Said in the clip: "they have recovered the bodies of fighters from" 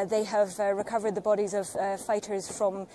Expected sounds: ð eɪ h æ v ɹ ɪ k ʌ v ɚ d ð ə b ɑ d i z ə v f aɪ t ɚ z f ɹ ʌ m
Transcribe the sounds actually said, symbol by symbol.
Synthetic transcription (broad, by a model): ð eɪ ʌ v ɹ ɪ k ʌ v ɚ d ð ə b ɑ d i z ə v f aɪ t ɚ z f ɹ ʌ m